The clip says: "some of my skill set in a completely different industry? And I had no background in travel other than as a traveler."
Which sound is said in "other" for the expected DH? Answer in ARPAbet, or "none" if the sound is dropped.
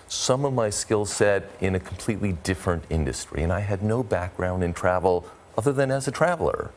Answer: DH